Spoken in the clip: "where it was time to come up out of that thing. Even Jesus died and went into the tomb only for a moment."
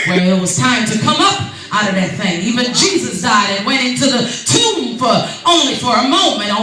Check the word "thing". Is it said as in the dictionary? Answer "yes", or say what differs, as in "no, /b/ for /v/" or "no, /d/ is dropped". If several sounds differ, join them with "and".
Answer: yes